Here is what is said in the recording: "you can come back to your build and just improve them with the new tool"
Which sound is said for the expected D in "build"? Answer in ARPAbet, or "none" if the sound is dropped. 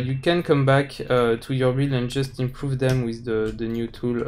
none